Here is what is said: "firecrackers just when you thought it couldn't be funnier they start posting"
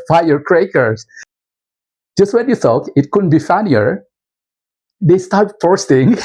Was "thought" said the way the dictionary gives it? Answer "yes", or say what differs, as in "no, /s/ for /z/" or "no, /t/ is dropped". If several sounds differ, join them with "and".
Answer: no, /s/ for /θ/